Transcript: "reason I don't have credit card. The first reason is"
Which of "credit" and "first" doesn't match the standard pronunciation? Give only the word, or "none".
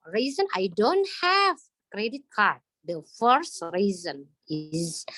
none